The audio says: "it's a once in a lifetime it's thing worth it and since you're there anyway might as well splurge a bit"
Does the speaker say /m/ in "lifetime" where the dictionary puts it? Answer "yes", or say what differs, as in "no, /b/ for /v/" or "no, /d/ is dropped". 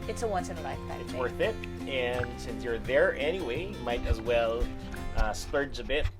no, /m/ is dropped